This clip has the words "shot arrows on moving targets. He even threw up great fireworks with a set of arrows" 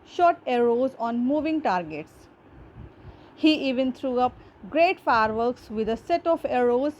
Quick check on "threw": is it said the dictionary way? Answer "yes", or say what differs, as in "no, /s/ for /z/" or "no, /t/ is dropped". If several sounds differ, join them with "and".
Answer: no, /t/ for /θ/